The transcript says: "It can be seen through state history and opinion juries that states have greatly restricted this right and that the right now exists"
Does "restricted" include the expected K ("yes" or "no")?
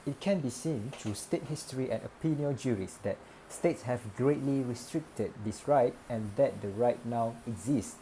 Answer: yes